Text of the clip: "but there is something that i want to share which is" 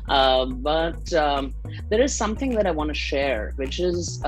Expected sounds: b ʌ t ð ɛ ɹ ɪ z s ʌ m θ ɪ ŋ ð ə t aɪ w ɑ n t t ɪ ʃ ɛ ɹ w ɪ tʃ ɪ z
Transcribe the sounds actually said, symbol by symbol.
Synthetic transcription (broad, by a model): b ʌ t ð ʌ ɹ ɪ z s ʌ m θ ɪ ŋ ð ə t aɪ w ɑ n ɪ ʃ ɛ ɹ w ɪ tʃ ɪ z